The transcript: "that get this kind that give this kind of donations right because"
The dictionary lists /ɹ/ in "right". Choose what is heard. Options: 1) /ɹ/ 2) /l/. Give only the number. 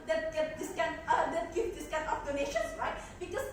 1